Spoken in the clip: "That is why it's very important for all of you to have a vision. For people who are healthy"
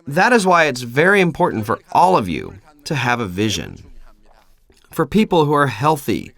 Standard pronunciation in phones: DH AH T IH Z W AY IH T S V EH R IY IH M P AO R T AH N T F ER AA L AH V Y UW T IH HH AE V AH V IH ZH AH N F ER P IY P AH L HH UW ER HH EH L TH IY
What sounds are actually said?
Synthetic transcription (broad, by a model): DH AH T IH Z W AY IH T S V EH R IY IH M P AO R T N T F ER AA L AH V Y UW T IH V AH V IH ZH AH N F ER P IY P L HH UW ER HH EH L TH IY